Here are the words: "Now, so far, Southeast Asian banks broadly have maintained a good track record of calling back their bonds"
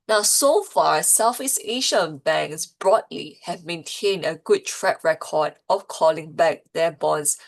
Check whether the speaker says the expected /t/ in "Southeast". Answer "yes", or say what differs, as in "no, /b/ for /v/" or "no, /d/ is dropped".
no, /t/ is dropped